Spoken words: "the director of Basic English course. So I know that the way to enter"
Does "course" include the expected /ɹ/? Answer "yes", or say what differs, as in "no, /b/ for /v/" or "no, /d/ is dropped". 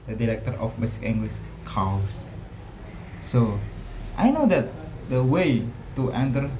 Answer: no, /w/ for /ɹ/